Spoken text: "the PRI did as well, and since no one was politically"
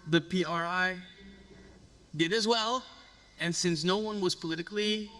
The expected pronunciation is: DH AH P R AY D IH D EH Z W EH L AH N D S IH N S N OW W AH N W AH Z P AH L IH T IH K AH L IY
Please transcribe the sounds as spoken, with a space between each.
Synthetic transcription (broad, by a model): DH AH P R AY D IH D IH Z W EH L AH N S IH N S N OW W AH N W AH Z P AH L IH T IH K L IY